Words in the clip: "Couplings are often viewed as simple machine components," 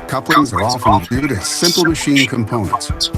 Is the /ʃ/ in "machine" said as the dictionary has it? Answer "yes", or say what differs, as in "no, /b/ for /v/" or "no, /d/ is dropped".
yes